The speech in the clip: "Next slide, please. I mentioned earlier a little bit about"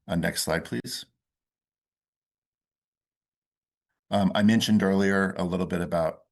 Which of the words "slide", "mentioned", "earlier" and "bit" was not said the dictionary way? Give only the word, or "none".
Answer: none